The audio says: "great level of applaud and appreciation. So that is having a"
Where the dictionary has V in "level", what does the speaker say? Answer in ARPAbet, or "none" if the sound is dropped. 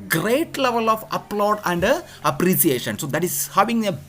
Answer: V